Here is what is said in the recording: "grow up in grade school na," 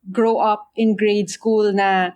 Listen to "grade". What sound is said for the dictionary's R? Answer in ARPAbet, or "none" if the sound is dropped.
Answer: R